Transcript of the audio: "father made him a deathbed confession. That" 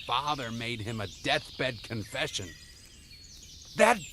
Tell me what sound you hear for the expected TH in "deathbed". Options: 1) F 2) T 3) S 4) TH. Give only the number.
4